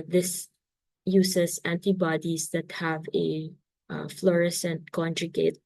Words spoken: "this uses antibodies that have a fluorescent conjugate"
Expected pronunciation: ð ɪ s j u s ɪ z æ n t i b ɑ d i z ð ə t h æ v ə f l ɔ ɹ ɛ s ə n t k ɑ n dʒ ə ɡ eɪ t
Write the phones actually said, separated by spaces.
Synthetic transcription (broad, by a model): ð ɪ s j u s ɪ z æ n t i b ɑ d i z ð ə t h æ v ə f l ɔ ɹ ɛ s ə n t k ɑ n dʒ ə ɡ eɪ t